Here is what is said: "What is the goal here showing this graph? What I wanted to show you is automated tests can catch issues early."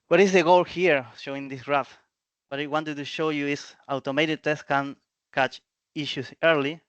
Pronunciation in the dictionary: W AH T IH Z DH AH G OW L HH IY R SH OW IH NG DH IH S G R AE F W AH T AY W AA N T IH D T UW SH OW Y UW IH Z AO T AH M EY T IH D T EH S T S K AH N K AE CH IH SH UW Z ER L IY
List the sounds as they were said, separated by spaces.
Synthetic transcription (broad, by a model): W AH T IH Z DH AH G OW L HH IY R SH OW IH NG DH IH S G R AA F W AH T AY W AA N T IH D T UW SH OW Y UW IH S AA T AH M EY T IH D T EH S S K AH N K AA CH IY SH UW S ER L IY